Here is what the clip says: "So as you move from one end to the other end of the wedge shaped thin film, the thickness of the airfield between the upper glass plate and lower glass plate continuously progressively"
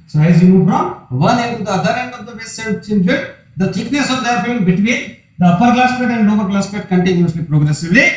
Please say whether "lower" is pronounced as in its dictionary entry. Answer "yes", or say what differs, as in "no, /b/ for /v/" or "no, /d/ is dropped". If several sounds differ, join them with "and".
no, /n/ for /l/